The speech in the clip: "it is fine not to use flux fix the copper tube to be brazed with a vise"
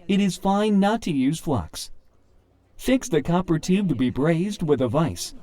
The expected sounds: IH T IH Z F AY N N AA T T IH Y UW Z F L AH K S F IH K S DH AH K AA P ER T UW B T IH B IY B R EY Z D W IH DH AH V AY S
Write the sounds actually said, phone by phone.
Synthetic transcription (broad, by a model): IH T IH Z F AY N N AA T T IH Y UW Z F L AH K S F IH K S DH AH K AA P ER T UW B T IH B IY B R EY Z D W IH DH AH V AY S